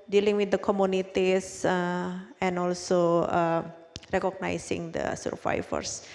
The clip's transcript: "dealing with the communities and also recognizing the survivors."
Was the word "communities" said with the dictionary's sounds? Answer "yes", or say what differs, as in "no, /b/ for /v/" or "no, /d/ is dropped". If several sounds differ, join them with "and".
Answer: no, /s/ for /z/